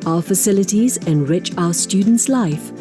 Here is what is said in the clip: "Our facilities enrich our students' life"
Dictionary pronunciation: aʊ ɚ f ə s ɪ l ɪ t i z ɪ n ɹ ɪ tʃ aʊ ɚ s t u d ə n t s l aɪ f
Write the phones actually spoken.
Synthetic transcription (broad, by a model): aʊ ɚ f ə s ɪ l ɪ t i z ɪ n ɹ ɪ tʃ aʊ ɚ s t u d n t s l aɪ f